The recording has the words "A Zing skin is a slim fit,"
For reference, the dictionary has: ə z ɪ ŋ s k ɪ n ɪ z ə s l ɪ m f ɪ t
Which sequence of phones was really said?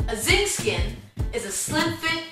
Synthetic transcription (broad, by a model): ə z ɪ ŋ s k ɪ n ɪ z ə s l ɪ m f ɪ